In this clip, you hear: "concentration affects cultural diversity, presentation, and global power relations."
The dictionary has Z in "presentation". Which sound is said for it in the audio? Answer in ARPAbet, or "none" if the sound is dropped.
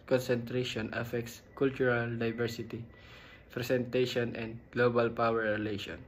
S